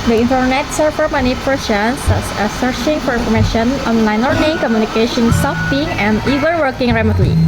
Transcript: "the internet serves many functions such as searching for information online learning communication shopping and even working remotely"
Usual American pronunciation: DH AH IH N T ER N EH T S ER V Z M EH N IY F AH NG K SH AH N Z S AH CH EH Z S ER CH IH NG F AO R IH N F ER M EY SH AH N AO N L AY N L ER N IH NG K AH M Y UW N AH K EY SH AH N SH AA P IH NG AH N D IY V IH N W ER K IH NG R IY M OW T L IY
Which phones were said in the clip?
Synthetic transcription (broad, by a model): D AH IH N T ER N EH T S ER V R M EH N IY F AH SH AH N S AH S ER CH IH NG F AO R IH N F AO M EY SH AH N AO N L AY N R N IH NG K AH M Y UW N AH K EY SH AH N S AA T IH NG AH N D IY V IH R W ER K IH NG R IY M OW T L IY